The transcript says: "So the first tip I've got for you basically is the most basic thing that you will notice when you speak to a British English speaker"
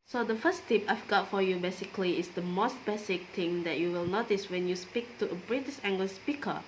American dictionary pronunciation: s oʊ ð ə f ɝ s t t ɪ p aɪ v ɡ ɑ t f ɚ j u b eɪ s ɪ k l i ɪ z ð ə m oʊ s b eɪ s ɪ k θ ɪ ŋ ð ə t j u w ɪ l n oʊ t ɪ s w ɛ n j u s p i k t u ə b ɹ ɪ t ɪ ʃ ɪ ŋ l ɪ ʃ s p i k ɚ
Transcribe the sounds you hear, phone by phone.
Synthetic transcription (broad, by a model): s oʊ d ə f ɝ s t t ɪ p aɪ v ɡ ɑ t f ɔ j u b eɪ s ɪ k l i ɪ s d ə m oʊ s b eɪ s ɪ k t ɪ ŋ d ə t j u w ɪ l n oʊ t ɪ s w ɛ n j u s p i k t u ə b ɹ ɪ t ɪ s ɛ ŋ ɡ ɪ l s p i k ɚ